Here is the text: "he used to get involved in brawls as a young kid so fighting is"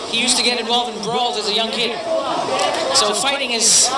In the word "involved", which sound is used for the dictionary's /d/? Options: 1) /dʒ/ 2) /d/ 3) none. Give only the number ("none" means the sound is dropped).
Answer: 3